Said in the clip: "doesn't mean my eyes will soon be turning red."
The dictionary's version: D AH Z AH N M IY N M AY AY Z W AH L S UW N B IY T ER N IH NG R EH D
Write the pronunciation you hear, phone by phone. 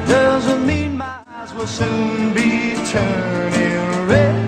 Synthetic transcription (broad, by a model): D AH Z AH N M IY N M AY AY Z W AH L S UW N B IY T ER N IH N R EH